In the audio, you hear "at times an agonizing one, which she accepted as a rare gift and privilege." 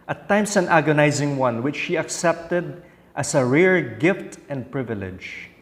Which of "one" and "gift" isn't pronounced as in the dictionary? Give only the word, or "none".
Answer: none